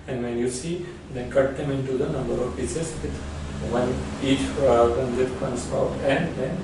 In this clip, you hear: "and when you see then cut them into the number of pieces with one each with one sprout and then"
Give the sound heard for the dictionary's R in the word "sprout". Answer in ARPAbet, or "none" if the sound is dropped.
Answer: none